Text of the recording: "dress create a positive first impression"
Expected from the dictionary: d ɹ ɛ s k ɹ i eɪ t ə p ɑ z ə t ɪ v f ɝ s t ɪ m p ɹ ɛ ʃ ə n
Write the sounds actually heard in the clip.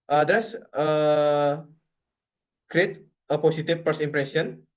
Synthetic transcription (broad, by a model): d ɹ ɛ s k ɹ i eɪ t ə p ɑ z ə t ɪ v p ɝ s ɪ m p ɹ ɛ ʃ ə n